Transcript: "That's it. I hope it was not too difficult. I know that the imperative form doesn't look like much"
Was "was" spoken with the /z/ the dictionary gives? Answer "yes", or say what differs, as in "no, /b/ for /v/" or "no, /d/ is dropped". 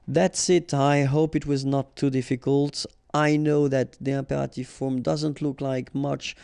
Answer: yes